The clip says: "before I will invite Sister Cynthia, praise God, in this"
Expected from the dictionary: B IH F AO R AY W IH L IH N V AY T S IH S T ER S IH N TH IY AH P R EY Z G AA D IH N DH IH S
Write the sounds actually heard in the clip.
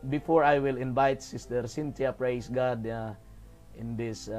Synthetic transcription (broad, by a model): B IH F AO R AY W IH L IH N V AY T S IH S T ER S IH N T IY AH P R EY S G AA D IH N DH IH S